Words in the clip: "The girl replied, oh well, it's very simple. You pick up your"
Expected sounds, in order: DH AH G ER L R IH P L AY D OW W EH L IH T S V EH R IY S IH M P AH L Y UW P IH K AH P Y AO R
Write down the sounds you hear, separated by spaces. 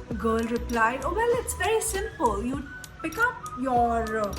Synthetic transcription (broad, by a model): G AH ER L R IH P L AY D OW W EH L IH T S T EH IY S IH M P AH L Y UW P IH K AH P Y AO R